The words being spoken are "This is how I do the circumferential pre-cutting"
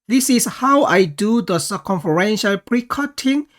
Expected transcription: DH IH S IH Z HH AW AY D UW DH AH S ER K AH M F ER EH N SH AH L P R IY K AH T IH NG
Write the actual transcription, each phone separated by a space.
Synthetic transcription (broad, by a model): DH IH S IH S HH AW AY D UW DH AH S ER K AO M F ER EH N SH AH L P R IY K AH T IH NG